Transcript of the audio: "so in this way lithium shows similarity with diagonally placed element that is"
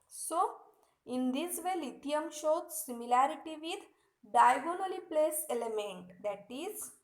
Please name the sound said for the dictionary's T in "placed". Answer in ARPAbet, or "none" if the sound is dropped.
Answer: none